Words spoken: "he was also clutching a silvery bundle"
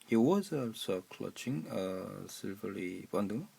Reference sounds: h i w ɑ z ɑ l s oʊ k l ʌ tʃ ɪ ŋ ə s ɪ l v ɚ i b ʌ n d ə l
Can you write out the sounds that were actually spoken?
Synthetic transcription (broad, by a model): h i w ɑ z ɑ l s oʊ k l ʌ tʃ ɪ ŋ ə s ɪ l v ɚ i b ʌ n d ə